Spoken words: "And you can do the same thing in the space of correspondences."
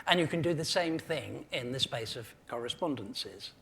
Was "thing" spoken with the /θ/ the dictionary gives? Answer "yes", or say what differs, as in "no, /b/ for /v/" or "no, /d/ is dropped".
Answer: yes